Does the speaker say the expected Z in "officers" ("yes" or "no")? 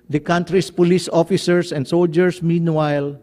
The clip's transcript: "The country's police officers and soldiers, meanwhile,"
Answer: no